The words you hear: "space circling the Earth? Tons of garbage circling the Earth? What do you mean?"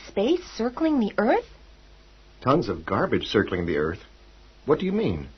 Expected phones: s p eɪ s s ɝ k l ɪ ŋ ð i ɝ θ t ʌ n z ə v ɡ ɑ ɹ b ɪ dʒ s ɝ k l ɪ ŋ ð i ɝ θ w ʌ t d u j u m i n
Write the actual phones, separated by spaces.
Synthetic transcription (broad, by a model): s p eɪ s s ɝ k l ɪ ŋ ð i ɝ θ t ʌ n z ə v ɡ ɑ ɹ b ɪ dʒ s ɝ k l ɪ ŋ ð i ɝ θ w ʌ t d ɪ j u m i n